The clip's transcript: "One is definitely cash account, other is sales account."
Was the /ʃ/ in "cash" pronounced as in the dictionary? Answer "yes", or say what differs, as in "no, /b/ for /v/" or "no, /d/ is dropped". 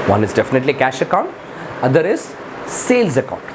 yes